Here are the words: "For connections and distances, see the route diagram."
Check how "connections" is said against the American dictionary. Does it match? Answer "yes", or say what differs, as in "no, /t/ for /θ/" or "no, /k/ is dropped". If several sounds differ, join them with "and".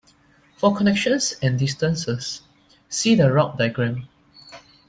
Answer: no, /s/ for /z/